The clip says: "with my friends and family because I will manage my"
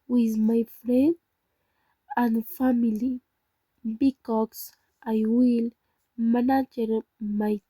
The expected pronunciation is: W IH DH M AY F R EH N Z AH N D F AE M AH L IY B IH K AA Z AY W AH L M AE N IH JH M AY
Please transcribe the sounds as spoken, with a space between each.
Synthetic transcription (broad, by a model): W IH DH M AY F R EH N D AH N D F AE M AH L IY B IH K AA S AY W AH L M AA N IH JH M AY